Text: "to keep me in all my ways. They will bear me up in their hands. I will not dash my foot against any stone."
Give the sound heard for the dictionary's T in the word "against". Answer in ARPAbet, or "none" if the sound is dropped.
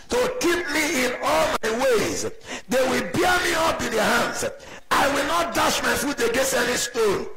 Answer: none